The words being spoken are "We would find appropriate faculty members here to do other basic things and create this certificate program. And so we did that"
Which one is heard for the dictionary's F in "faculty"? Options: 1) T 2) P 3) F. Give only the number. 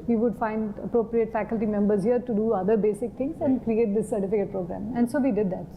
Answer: 3